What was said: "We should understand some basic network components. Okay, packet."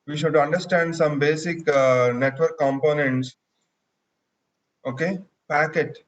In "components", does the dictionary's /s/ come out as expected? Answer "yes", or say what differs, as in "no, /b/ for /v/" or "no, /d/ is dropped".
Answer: yes